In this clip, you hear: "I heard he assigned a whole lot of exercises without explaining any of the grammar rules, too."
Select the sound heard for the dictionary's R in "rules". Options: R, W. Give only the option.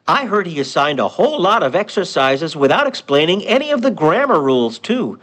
R